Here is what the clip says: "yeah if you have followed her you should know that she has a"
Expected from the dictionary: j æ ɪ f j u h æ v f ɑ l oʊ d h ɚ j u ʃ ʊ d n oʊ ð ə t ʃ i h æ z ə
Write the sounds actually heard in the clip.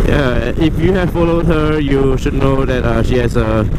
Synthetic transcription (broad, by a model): j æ ɪ f j u h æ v f ɑ l oʊ d h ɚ j u ʃ ʊ d n oʊ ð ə t ʃ i h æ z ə